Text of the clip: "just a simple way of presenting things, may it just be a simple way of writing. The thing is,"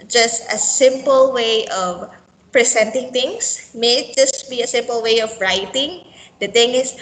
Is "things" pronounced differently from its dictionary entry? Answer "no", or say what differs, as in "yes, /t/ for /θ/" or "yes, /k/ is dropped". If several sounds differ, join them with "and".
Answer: yes, /t/ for /θ/ and /s/ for /z/